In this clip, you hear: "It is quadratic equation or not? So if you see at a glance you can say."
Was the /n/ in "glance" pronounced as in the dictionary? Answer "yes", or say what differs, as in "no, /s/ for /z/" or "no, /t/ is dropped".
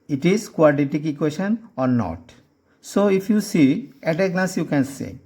no, /n/ is dropped